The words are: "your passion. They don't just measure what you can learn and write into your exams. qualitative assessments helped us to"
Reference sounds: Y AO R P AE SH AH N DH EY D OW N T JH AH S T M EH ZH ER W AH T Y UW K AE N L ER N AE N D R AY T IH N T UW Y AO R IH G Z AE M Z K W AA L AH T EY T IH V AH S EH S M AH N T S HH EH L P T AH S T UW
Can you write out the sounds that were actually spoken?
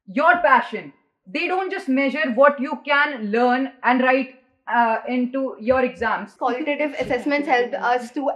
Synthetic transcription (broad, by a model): Y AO R P AE SH AH N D EY D OW N T JH AH S T M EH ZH ER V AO T Y UW K AE N L ER N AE N D R AY T IH N T UW Y AO R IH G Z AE M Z K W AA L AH T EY T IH V AH S EH S M AH N T S HH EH L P AH S T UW